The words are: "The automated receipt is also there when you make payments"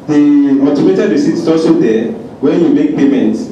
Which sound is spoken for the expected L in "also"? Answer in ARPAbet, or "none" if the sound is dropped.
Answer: none